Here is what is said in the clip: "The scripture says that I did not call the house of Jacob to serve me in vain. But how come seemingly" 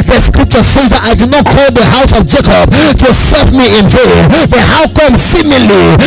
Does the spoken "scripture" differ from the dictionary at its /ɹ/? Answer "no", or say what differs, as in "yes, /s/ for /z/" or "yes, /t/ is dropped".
no